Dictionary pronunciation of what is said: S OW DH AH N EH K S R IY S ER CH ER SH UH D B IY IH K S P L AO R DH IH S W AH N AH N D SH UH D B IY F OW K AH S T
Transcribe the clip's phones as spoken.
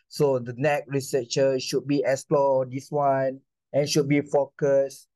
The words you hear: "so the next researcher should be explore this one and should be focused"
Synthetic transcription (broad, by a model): S OW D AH N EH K R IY S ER CH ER SH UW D B IY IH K S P L AO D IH S W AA N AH N SH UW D B IY F OW K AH S